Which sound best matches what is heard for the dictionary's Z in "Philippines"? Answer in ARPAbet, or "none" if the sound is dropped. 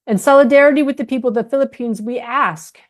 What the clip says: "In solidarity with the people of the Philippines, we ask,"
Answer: Z